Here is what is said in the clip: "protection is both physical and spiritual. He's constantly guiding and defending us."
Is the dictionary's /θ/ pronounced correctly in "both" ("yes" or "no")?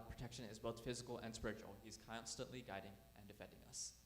yes